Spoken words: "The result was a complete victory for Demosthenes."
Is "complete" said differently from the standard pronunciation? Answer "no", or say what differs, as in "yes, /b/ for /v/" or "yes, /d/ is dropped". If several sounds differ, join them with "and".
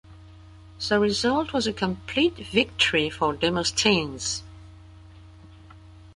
no